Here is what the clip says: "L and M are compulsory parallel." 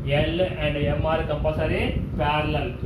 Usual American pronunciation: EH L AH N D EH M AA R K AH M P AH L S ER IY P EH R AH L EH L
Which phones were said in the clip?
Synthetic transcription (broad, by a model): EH L AH N D EH M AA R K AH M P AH S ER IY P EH R L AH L